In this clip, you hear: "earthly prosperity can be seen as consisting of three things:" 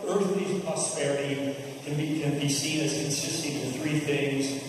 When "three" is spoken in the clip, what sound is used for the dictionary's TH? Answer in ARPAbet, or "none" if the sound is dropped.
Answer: TH